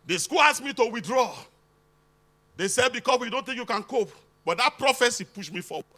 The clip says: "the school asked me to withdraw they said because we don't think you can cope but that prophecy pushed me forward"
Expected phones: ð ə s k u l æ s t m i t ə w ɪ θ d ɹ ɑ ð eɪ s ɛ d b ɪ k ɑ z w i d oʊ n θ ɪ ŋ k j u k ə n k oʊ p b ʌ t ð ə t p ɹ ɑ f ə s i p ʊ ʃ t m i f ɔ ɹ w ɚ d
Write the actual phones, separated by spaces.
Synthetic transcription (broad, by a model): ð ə s k u l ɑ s m i t ə w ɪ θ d ɹ ɑ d eɪ s ɛ d b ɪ k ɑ s w i d oʊ n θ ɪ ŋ k j u k ə n k oʊ p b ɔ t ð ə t p ɹ ɑ f ə s i p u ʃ m i f ɔ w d